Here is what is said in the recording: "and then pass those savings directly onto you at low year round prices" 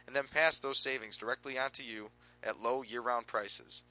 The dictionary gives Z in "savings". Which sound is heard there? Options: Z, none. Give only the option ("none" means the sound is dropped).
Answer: Z